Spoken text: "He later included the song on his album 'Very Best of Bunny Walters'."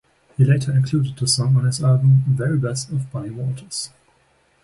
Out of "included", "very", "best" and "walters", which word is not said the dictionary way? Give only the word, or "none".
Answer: walters